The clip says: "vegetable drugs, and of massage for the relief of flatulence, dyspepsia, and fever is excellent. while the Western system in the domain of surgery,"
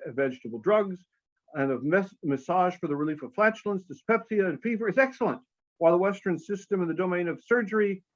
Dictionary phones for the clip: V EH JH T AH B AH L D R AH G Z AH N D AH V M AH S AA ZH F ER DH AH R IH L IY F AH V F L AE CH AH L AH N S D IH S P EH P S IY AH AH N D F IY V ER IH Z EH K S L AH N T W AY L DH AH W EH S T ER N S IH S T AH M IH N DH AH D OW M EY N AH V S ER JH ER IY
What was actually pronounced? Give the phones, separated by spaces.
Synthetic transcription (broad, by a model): V EH JH T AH B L D R AH G Z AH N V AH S M AH S AA ZH F ER DH AH R IH L IY F AH V F L AE CH L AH N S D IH S P EH P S IY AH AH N F IY V ER IH Z EH K S L AH N T W AY L DH AH W EH S T ER N S IH S T AH M IH N DH AH D OW M EY N AH V S ER JH ER IY